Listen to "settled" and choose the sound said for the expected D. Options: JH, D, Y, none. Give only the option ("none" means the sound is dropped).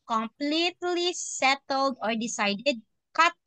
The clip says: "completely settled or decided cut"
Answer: D